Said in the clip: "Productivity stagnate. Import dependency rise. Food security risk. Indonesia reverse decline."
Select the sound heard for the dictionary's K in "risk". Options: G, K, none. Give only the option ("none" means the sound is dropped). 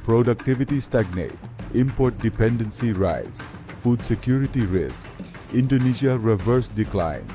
K